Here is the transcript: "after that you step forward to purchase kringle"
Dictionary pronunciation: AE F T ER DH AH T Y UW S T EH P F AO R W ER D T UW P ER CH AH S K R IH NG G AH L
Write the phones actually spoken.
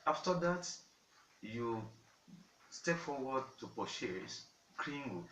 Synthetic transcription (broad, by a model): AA F T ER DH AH T Y UW S T EH P F AO W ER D T UW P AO SH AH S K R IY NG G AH